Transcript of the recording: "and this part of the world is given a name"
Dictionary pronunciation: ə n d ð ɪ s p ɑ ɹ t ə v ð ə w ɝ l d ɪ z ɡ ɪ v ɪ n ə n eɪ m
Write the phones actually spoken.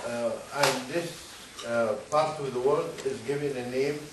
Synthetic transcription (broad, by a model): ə n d ð ɪ s p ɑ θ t ə v ð ə w ɝ l d ɪ z ɡ ɪ v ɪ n ə n eɪ m